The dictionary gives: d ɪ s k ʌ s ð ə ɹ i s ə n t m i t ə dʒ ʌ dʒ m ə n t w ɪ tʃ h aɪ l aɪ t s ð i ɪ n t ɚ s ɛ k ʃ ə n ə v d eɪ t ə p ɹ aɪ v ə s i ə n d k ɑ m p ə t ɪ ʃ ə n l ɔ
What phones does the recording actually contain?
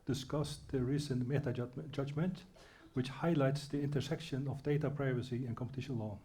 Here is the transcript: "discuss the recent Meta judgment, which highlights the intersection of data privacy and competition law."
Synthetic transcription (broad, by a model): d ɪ s k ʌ s ð ə ɹ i s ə n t m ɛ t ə dʒ ʌ dʒ m ə n t w ɪ tʃ h aɪ l aɪ t s ð i ɪ n t ɚ s ɛ k ʃ ə n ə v d eɪ t ə p ɹ aɪ v ə s i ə n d k ɑ m p ə t ɪ ʃ ə n l ɔ